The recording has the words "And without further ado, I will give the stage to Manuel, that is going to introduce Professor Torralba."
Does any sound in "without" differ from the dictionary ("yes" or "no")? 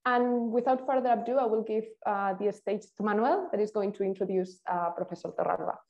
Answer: no